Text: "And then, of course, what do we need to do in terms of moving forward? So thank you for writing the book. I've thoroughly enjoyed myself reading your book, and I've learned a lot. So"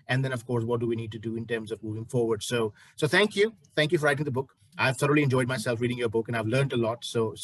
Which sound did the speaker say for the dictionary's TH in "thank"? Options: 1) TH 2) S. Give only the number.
2